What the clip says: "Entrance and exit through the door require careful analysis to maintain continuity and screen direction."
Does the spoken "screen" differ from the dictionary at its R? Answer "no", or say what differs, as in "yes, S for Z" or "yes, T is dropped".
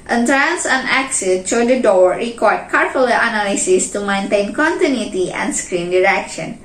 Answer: no